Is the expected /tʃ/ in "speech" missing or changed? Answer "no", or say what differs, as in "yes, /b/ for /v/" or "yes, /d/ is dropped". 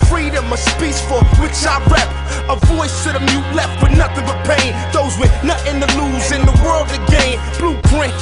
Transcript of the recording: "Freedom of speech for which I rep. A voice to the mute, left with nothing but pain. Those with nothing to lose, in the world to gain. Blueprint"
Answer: yes, /s/ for /tʃ/